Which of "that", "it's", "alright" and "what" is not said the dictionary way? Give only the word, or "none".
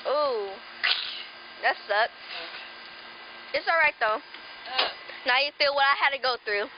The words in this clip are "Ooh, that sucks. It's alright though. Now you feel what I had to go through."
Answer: none